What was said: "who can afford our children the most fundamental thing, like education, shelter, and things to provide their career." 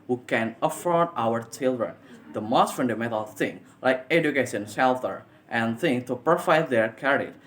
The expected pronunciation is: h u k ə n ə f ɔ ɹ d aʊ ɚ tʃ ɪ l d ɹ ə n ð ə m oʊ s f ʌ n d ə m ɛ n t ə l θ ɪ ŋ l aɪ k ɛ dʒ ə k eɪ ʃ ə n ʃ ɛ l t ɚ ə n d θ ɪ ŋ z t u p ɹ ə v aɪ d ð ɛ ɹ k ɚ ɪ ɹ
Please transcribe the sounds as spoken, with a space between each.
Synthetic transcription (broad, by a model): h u k ə n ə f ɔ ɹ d aʊ ɚ tʃ ɪ l d ɹ ə n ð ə m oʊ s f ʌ n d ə m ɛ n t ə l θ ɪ ŋ l aɪ k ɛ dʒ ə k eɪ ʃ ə n s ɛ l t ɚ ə n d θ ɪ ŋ t u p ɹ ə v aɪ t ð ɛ ɹ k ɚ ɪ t